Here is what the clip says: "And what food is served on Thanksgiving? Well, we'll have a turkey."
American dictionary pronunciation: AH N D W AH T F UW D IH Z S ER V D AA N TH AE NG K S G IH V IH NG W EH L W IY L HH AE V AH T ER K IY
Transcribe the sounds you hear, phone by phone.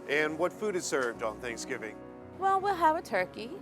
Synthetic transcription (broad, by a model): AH N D W AH T F UW D IH Z S ER V D N TH AE NG K S G IH V IH NG W EH L W IY L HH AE V AH T ER K IY